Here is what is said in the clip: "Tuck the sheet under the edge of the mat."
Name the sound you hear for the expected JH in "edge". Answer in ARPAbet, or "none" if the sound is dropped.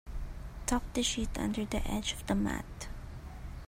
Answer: JH